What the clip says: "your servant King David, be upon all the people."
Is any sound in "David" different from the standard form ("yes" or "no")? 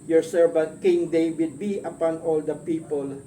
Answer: yes